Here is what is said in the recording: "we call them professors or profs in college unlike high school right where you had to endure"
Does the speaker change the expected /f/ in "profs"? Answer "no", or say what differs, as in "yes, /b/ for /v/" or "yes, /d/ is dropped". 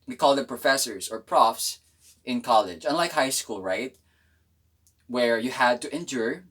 no